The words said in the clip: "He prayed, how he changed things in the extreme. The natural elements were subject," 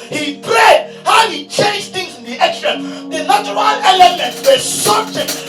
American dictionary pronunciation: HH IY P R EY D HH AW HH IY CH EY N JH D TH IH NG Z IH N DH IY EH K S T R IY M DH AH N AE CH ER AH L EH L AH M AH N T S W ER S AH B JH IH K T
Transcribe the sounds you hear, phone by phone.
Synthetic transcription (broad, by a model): HH IY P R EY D HH AW HH IY CH EY N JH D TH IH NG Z IH N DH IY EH K S T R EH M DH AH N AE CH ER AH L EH L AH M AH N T W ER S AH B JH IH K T